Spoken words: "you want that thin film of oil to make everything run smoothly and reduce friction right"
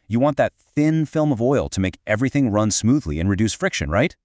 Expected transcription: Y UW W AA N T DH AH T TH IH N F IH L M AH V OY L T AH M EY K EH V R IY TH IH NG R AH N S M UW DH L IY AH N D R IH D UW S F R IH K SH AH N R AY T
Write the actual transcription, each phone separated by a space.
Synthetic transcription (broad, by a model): Y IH W AA N DH AH T TH IH N F IH L M AH V OY L T AH M EY K EH V R IY TH IH NG R AH N S M UW DH L IY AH N R IH D UW S F R IH K SH AH N R AY T